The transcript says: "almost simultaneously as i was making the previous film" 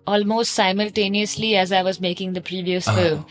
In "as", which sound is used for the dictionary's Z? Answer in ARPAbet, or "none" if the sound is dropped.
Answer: Z